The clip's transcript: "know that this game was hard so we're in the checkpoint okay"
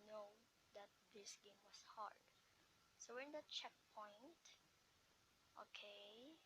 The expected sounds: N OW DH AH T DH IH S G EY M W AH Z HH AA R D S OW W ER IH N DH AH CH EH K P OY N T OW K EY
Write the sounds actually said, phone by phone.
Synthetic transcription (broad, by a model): N OW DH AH T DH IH S G EY M W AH S HH AA R D S OW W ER IH N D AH CH EH K P OY N T OW K EY